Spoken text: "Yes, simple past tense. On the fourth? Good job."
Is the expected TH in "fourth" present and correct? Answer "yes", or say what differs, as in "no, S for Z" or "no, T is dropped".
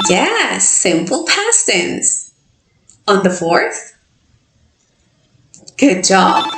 yes